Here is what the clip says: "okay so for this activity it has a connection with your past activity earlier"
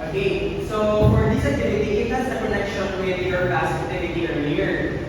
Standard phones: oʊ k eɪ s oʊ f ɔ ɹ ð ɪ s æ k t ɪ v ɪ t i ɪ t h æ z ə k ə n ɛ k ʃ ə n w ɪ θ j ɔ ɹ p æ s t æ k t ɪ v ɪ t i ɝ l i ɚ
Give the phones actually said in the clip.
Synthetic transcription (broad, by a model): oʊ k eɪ s oʊ f ɔ ɹ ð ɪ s æ k t ɪ v ɪ t i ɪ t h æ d ə k ə n ɛ k ʃ ə n w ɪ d j ɔ ɹ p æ s æ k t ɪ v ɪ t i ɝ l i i